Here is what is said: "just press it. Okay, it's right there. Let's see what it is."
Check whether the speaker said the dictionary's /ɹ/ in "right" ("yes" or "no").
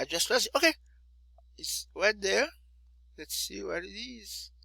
no